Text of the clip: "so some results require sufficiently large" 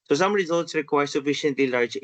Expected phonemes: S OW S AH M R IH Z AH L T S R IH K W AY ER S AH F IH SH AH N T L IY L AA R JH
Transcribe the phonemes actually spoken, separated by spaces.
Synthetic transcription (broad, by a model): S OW S AH M R IH Z AH L T S R IH K W AY ER S AH F IH SH AH N T L IY L AA R JH